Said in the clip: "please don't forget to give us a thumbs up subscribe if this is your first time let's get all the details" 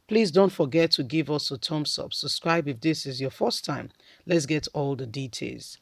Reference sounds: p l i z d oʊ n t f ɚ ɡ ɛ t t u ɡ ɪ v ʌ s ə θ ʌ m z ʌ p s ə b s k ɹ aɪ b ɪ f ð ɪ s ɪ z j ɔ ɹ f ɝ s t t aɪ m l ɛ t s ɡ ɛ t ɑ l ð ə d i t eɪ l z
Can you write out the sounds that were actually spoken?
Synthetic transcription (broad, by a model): p l i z d oʊ n t f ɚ ɡ ɛ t t u ɡ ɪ v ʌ s ə t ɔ m s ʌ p s ə b s k ɹ aɪ b ɪ f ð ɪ s ɪ z j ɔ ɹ f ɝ s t t aɪ m l ɛ t s ɡ ɛ t ɑ l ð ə d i t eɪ l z